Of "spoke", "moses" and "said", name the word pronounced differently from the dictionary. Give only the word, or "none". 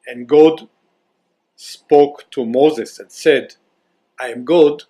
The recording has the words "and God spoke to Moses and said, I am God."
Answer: none